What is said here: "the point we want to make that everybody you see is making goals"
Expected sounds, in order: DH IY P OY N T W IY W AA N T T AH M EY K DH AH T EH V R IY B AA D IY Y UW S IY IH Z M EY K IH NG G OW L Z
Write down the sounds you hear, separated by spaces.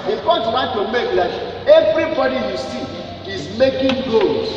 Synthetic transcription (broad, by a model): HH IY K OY T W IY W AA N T T AH M EY K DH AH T EH V R IY B AA D IY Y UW S IY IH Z M EY K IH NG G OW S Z